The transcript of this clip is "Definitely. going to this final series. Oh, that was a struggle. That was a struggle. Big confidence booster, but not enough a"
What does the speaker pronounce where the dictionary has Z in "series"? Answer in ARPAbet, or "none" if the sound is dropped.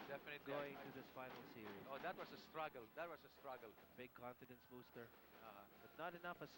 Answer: none